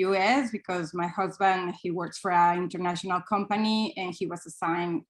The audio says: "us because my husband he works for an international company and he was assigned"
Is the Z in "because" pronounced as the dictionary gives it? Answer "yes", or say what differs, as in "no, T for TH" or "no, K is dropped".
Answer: yes